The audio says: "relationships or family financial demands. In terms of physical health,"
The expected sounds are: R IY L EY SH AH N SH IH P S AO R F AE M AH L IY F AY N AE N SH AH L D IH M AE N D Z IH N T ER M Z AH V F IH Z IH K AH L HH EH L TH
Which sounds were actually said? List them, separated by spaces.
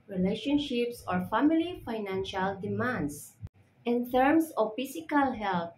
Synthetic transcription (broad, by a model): R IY L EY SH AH N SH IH P S AO R F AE M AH L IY F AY N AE N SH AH L D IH M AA N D S IH N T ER M S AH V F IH S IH K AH L HH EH L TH